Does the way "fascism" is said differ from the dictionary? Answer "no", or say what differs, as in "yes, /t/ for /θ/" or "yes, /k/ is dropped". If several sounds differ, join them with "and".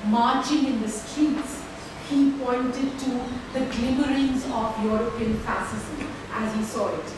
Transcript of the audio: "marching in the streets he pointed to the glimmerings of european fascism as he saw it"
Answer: yes, /s/ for /ʃ/